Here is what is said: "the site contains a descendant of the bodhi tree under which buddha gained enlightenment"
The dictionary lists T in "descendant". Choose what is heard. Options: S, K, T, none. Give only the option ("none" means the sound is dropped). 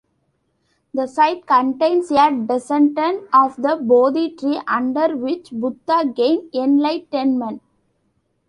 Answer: none